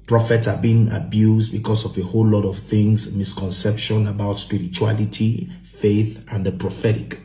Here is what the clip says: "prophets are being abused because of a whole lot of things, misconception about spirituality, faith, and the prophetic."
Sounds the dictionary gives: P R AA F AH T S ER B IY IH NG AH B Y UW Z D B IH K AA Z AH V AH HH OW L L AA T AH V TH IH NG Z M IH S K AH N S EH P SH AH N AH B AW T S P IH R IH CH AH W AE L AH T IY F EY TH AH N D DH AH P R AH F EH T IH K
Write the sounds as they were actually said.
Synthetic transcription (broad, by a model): P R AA F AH T S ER B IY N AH B Y UW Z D B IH K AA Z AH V AH HH OW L L AA T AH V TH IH NG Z M IH S K AH N S EH P SH AH N AH B AW T S P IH R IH CH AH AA L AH T IY F EY TH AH N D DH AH P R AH F EH T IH K